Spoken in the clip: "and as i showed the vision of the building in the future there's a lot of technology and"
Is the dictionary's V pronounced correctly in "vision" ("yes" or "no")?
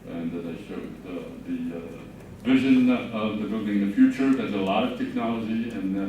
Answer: yes